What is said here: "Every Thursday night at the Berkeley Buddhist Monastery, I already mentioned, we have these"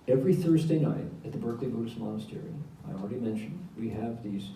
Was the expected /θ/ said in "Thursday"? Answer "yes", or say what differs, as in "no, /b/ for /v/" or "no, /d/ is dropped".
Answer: yes